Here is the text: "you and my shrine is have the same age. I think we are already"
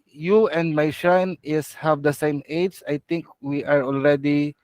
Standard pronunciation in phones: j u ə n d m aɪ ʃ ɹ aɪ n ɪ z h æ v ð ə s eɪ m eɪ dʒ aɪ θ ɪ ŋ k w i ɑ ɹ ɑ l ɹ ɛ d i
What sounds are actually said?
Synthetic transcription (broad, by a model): j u ə n d m aɪ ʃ aɪ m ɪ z h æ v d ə s eɪ m eɪ dʒ aɪ t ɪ ŋ k w i ɑ ɹ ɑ l ɹ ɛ d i